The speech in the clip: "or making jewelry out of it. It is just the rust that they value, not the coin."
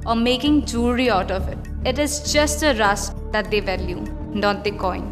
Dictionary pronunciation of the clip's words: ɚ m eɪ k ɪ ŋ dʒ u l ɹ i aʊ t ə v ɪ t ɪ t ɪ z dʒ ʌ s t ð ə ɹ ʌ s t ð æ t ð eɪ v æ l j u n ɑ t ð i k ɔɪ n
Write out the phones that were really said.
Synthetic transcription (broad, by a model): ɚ m eɪ k ɪ ŋ dʒ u ɹ i aʊ t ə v ɪ t ɪ t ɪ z dʒ ʌ s t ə ɹ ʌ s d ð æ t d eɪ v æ l j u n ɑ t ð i k ɔɪ n